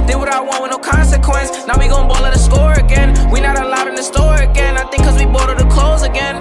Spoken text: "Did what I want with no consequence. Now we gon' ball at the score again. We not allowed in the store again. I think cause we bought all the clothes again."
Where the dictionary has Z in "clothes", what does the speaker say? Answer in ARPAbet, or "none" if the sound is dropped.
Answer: Z